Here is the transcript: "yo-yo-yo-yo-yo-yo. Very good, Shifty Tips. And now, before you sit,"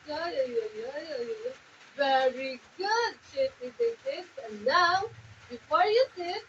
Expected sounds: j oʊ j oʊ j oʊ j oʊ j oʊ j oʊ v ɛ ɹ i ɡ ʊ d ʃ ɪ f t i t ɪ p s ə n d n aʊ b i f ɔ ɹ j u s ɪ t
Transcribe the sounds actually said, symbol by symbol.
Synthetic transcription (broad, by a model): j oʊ j oʊ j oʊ j oʊ j oʊ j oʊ v ɛ ɹ i ɡ ʊ d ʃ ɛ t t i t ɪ s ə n n aʊ b i f ɔ ɹ j u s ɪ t